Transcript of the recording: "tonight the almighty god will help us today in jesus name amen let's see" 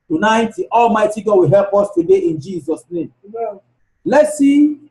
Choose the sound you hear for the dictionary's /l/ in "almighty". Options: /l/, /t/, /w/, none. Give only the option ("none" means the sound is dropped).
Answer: /l/